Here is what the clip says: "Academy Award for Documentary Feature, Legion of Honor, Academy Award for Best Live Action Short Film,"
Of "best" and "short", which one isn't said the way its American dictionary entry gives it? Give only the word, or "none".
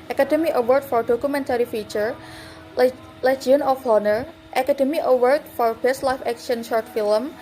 none